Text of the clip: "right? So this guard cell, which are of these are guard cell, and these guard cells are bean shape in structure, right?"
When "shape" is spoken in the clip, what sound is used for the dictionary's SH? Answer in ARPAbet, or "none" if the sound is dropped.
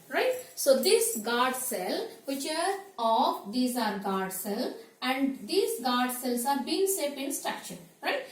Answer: S